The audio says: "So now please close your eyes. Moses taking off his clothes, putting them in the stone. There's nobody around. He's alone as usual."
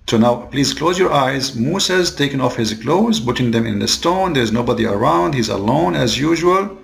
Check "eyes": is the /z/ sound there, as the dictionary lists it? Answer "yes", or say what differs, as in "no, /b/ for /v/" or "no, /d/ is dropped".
yes